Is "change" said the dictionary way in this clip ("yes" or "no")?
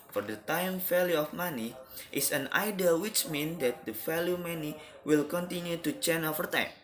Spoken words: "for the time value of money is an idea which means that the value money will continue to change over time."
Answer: no